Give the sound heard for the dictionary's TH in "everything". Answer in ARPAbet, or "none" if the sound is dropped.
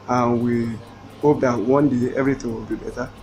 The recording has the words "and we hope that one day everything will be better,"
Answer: T